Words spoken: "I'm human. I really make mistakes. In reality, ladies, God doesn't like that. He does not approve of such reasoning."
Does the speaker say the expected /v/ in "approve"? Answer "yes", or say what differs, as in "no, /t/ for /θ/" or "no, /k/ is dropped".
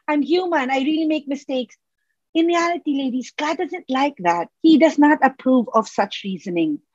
yes